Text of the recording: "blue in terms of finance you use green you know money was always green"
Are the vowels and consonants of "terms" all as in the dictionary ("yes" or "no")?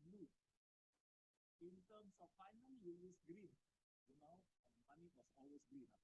no